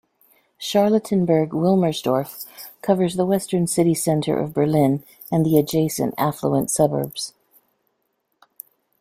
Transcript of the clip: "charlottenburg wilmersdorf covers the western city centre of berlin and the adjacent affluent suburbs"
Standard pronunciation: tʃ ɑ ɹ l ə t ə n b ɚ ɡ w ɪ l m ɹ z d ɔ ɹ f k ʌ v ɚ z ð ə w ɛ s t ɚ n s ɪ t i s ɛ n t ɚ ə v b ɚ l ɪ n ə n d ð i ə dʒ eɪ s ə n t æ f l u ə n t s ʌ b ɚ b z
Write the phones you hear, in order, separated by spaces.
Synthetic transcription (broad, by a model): ʃ ɑ ɹ l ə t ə n b ɚ ɡ w ɪ l m ɹ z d ɔ ɹ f k ʌ v ɚ z ð ə w ɛ s t ɚ n s ɪ t i s ɛ n t ɚ ə v b ɚ l ɪ n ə n ð i ə dʒ eɪ s ə n t æ f l u ə n t s ʌ b ɚ b z